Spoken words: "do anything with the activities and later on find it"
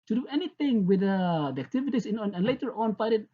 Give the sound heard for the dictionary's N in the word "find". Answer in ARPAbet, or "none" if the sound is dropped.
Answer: none